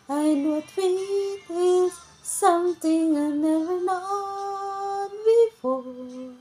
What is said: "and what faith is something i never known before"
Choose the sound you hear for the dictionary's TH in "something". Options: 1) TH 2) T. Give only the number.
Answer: 2